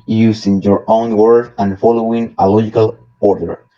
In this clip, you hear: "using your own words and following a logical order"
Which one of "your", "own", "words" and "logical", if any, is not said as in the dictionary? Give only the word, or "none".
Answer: words